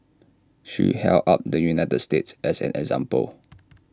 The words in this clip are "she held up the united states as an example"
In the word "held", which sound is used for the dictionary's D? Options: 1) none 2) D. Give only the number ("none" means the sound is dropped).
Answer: 1